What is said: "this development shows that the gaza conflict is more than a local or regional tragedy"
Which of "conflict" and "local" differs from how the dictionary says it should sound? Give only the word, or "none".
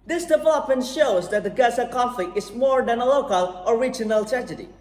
conflict